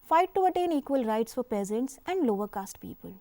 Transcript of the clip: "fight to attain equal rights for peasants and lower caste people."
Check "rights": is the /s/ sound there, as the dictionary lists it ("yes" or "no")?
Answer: yes